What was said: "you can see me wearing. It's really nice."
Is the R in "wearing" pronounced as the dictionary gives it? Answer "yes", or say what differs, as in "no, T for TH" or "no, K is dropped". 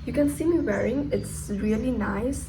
yes